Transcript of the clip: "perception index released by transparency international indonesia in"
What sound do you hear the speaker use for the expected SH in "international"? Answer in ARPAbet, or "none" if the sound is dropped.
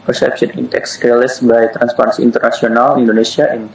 S